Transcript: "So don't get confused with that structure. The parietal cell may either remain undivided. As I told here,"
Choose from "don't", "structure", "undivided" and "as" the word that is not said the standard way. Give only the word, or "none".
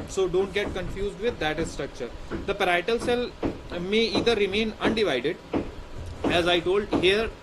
none